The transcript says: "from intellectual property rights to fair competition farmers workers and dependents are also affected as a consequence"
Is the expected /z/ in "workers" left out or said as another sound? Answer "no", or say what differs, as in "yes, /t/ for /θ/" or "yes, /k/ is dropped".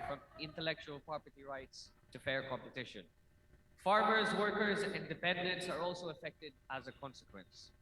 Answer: no